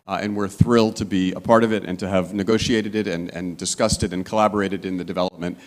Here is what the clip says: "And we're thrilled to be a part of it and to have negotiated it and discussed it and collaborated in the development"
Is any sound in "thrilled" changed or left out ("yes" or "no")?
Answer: no